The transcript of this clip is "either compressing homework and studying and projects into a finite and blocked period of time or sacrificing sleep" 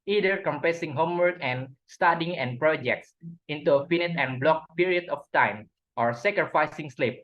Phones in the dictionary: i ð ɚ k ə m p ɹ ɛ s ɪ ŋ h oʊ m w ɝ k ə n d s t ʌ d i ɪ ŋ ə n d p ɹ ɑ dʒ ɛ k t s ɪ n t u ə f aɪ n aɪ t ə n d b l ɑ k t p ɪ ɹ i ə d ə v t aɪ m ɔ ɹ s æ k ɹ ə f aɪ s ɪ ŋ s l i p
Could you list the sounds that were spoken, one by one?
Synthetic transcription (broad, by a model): i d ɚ k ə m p ɛ s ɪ ŋ h oʊ m w ɝ k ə n s t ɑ d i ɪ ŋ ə n p ɹ ɑ dʒ ɛ k t s ɪ n t u ə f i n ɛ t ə n b l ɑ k p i ɹ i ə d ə f t aɪ m ɔ ɹ s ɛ k ɹ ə f aɪ s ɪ ŋ s l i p